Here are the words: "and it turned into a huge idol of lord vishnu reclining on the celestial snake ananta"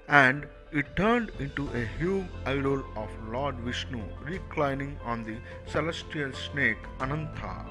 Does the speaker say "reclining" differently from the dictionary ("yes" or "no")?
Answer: no